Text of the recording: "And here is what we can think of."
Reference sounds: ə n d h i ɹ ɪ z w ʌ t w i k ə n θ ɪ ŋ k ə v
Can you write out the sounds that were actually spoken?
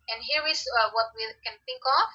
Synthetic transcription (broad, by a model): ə n h i ɹ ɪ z w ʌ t w i k ə n θ ɪ ŋ k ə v